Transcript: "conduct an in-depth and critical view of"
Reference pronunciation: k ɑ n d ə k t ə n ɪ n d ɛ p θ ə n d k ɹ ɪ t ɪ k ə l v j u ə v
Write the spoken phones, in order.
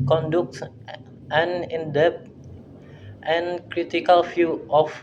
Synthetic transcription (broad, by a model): k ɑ n d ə k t ə n ɪ n d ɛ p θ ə n k ɹ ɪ t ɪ k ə l f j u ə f